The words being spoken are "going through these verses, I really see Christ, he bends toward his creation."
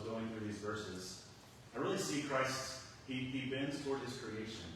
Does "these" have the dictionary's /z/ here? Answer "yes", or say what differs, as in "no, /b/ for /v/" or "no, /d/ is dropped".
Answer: yes